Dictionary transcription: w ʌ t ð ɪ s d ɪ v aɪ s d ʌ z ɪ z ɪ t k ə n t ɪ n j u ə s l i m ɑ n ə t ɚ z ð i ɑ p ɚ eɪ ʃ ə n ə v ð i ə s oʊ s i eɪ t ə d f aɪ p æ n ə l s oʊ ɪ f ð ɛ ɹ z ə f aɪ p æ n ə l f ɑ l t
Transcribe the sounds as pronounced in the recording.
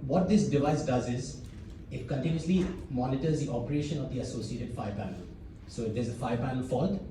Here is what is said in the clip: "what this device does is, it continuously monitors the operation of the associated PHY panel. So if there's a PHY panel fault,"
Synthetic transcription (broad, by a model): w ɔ t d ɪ s d ɪ v aɪ s d ʌ z ɪ z ɪ t k ə n t ɪ n j u ə s l i m ɑ n ə t ɚ z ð i ɑ p ɚ eɪ ʃ ə n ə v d i ə s oʊ s i eɪ t ə d f aɪ p æ n ə l s oʊ ɪ f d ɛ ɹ z ə f aɪ p æ n ə l f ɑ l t